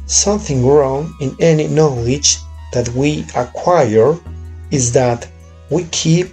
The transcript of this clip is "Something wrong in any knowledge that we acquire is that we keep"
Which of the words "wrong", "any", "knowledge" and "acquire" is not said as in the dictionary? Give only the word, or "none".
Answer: none